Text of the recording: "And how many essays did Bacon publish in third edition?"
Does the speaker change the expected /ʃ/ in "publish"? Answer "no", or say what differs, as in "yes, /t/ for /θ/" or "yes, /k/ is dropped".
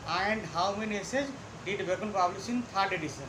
yes, /s/ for /ʃ/